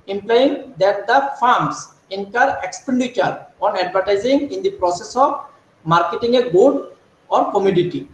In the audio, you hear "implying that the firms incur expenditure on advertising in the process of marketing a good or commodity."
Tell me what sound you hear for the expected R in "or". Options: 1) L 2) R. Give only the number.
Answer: 2